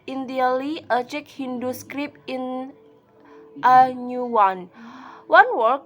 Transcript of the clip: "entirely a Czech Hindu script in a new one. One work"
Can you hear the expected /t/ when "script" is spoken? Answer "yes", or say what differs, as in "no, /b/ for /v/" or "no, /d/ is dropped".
no, /t/ is dropped